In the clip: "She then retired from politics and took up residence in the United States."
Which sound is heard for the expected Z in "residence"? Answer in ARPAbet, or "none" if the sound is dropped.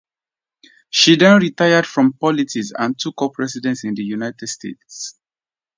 S